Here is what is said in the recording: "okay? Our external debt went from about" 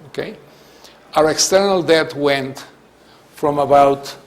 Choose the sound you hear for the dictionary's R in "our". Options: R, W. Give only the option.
R